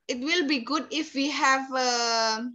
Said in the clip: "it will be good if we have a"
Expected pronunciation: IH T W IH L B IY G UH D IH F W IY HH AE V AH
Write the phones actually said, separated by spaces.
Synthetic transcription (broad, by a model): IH T W IH L B IY G UH D IH F W IY HH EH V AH